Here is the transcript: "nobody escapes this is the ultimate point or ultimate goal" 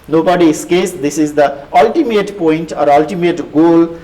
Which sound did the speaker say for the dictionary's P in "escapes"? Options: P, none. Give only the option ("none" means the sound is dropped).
none